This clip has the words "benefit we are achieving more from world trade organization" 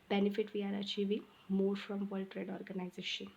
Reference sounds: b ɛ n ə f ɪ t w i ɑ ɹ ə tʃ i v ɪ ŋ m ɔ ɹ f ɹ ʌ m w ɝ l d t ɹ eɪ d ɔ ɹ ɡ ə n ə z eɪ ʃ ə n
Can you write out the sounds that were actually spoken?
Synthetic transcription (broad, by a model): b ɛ n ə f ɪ t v i ɑ ɹ ə tʃ i v ɪ ŋ m ɔ ɹ f ɹ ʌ m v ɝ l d t ɹ eɪ d ɔ ɹ ɡ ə n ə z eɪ ʃ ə n